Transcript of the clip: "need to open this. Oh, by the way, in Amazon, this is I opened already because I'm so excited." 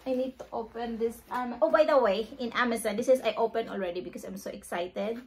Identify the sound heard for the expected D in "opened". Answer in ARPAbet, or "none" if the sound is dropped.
none